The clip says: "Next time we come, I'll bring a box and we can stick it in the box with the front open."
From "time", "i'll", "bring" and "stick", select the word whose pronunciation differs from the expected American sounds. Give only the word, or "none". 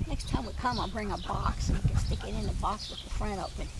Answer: none